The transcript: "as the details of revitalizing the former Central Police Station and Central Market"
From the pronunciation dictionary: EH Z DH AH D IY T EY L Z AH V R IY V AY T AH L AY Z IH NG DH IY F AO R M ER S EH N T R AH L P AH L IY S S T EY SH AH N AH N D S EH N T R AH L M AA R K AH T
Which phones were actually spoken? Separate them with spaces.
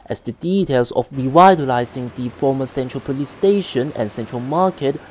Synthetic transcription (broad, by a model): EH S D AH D IY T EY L S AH F R IY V AY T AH L AY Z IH NG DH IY F AO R M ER S EH N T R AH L P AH L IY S S T EY SH AH N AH N S EH N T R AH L M AA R K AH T